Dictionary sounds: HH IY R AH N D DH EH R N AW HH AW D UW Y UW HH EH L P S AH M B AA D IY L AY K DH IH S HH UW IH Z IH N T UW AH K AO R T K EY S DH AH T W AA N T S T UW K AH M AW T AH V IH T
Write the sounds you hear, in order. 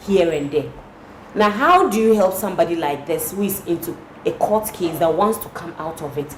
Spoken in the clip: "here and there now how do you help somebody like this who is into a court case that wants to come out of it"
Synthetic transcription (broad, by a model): HH IY R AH N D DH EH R N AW HH AW D UW Y UW HH EH L P S AH M B AA D IY L AY K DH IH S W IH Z IH N T UW AH K AO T K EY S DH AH T W AA N T S T UW K AH M AW T AH V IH T